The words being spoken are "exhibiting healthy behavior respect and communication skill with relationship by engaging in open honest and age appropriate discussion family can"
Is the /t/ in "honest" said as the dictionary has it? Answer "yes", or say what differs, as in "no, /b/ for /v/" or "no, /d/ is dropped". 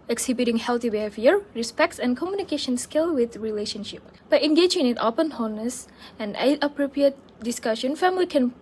no, /t/ is dropped